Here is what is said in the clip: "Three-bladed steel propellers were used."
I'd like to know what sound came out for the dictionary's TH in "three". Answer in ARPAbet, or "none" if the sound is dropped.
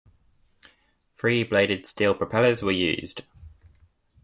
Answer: F